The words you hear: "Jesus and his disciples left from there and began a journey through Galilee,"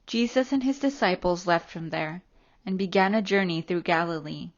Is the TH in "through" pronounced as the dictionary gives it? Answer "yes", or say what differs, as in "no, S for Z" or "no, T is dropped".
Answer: yes